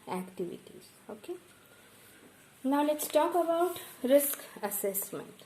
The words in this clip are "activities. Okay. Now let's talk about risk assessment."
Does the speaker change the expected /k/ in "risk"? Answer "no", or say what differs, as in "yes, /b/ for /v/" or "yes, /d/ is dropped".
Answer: no